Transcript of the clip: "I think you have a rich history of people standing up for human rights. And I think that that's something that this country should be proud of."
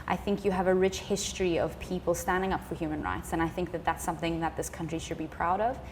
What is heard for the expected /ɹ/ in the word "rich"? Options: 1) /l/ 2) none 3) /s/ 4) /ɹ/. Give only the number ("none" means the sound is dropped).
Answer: 4